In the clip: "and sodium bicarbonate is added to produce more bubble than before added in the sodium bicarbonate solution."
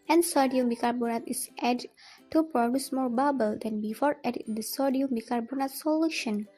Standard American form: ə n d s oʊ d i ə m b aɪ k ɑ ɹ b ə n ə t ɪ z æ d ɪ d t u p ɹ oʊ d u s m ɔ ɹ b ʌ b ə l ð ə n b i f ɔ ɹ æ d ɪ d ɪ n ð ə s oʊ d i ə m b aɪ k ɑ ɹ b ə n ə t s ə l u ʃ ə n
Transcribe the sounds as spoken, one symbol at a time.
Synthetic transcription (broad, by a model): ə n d s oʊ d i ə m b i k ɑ ɹ b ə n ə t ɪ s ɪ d t u p ɹ oʊ d u s m ɔ ɹ b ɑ b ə l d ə n b i f ɔ ɹ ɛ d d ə s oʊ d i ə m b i k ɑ ɹ b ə n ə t s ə l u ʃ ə n